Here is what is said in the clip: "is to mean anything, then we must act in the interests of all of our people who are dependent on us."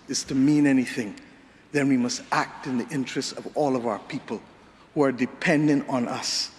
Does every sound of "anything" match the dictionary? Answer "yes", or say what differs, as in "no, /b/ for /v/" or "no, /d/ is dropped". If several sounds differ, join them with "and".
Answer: yes